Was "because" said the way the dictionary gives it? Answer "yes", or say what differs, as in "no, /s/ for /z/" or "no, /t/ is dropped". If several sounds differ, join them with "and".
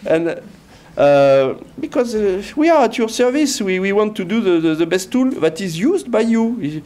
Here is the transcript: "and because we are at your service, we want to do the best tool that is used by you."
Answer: yes